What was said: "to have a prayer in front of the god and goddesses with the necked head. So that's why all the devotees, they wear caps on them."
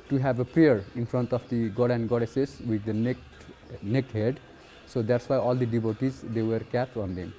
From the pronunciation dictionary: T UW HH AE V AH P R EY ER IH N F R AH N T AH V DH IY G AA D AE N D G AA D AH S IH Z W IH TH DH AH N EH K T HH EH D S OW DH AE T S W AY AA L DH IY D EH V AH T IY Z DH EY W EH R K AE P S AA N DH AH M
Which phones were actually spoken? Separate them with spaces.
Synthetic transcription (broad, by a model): T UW HH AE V AH P R EY ER IH N F R AH N T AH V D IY G AA D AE N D G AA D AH S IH S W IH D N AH N EH K T HH EH D S OW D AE T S W AY AA L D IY D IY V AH T IY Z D EY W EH R K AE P AA N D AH M